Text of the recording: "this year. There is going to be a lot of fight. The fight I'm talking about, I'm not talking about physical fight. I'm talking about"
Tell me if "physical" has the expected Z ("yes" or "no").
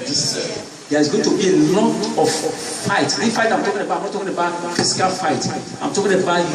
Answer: no